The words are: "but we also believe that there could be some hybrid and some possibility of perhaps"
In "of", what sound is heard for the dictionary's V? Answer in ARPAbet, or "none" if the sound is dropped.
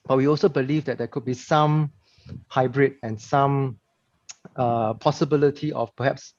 F